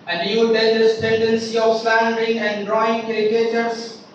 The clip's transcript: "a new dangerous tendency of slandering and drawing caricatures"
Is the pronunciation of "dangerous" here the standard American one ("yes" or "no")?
no